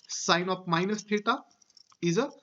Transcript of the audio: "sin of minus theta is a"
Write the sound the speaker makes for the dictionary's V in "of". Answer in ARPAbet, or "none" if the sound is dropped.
P